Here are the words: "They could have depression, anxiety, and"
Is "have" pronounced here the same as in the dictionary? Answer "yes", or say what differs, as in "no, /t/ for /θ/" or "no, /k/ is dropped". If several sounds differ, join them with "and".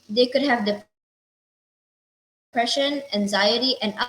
yes